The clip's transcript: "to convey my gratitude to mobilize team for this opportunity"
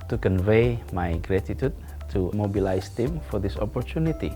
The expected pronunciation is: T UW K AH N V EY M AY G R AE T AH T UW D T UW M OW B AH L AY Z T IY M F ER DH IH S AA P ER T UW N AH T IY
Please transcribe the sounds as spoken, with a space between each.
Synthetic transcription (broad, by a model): T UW K AH N V EY M AY G R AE T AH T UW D T UW M OW B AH L AY S T IY M F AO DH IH S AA P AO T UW N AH T IY